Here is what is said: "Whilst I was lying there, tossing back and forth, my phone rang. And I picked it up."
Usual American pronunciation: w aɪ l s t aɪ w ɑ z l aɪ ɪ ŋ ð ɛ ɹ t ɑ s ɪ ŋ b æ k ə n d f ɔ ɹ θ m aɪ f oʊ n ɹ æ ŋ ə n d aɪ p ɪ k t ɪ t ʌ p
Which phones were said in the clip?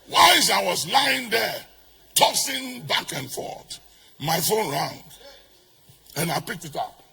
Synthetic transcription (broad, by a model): w aɪ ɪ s aɪ w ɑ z l aɪ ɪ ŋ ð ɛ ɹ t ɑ s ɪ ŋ b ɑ k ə n f ɔ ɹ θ m aɪ f oʊ n ɹ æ ŋ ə n aɪ p ɪ k t ɪ t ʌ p